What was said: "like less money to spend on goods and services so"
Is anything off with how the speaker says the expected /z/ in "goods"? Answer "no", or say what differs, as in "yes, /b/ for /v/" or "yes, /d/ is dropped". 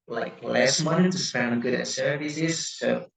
yes, /z/ is dropped